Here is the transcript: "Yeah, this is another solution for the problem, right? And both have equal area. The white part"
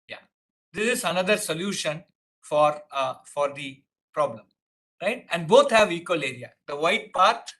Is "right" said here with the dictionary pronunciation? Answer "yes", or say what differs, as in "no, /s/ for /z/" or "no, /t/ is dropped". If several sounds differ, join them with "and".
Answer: yes